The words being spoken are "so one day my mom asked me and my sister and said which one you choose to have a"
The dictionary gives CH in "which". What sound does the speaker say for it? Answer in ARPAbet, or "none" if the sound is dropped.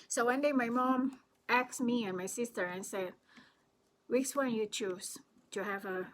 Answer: S